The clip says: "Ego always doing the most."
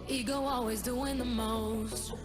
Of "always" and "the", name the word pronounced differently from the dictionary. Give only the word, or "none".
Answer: none